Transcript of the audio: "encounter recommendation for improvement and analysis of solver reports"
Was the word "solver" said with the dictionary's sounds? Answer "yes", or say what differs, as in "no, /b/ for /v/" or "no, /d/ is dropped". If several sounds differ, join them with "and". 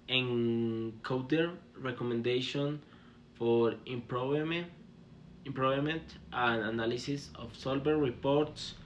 no, /b/ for /v/